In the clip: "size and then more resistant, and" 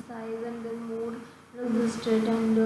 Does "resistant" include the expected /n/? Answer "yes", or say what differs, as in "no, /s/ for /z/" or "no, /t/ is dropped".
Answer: no, /n/ is dropped